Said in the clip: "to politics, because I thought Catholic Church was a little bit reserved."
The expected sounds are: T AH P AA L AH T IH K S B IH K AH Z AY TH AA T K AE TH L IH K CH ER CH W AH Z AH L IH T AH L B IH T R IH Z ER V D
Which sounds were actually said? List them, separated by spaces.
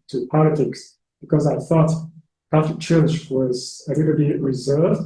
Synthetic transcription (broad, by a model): T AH P AA L AH T IH K S B IH K AH Z AY TH AA T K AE F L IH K CH ER CH W AH Z AH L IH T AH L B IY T R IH Z ER V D